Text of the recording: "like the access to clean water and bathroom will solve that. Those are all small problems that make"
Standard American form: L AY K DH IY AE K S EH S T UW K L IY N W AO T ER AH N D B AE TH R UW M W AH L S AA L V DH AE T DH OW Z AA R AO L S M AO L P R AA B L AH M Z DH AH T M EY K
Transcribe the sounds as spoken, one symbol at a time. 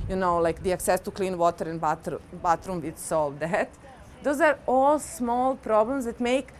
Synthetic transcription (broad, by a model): L AY K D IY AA K S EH S T UW K L IY N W AO T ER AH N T B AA T R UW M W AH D S AA L V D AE T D OW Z AA R AO L S M AO L P R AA B L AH M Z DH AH T M EY K